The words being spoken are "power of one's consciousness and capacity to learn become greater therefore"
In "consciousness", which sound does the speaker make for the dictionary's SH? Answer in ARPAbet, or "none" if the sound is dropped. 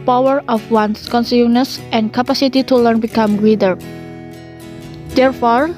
S